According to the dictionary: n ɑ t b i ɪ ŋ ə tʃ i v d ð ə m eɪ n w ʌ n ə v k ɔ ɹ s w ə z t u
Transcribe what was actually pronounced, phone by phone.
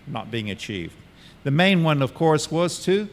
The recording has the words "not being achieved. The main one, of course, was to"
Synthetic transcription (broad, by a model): n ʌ t b i ɪ ŋ ə tʃ i v d ð ə m eɪ n w ʌ n ə v k ɔ ɹ s w ə z t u